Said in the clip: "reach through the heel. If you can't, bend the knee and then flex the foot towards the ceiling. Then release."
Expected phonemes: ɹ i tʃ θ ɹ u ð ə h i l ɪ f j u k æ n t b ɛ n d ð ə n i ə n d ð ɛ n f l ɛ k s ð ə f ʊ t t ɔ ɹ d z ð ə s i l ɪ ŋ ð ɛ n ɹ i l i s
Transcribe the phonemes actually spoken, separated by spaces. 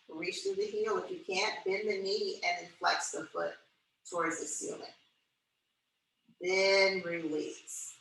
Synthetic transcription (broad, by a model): ɹ i tʃ θ ɹ u ð ə h i l ɪ f j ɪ k æ n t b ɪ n ð ə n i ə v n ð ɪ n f l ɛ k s ð ə f ʊ t t ɔ ɹ d z ð ə s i l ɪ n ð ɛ n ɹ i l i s